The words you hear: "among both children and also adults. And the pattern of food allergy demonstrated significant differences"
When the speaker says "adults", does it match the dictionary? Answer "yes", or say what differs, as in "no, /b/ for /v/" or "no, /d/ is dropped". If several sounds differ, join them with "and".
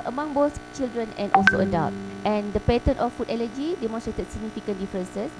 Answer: no, /s/ is dropped